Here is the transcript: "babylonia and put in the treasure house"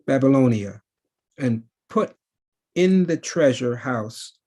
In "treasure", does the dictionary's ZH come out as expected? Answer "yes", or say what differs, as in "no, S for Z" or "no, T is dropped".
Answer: yes